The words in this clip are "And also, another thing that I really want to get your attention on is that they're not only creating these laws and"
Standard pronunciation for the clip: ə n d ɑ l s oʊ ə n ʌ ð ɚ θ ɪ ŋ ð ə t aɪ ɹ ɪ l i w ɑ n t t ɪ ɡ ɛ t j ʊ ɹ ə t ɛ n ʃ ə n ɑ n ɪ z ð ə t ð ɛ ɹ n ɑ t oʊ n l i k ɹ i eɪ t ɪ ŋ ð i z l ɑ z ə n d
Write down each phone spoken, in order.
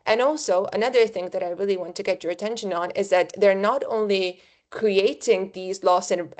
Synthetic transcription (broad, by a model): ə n ɑ l s oʊ ə n ʌ ð ɚ θ ɪ ŋ ð ə t aɪ ɹ ɪ l i w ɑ n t t ɪ ɡ ɛ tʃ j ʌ ɹ ə t ɛ n ʃ ə n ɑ n ɪ z ð ə t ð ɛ ɹ n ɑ t oʊ n l i k ɹ i eɪ t ɪ ŋ ð i z l ɑ s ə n